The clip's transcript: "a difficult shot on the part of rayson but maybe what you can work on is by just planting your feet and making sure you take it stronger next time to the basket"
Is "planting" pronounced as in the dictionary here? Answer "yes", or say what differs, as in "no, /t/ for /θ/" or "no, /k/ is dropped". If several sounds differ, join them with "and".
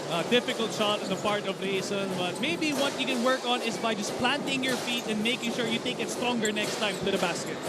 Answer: yes